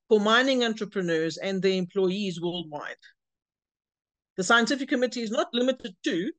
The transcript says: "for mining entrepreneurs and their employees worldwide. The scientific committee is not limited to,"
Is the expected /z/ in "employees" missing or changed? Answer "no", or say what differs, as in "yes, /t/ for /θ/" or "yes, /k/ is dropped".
no